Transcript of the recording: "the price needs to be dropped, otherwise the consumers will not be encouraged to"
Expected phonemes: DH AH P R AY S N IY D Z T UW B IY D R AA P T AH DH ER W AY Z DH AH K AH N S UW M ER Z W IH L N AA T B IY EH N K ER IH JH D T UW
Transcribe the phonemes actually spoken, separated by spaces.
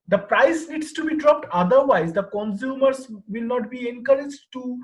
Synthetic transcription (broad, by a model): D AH P R AY S N IY D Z T UW B IY D R AA P T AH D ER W AY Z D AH K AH N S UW M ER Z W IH L N AA T B IY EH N K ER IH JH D T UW